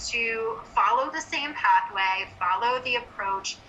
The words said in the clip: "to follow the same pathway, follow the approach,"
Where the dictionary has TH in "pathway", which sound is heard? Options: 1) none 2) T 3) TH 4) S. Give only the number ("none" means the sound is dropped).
3